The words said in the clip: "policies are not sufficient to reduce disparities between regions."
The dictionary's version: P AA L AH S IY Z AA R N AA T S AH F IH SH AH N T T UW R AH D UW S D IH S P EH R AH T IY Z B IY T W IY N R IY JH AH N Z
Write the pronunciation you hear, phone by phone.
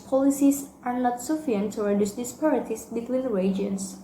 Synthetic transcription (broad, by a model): P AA L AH S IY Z AA R N AA T S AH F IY AH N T T UW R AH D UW S D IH S P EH R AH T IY S B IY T W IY N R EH JH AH N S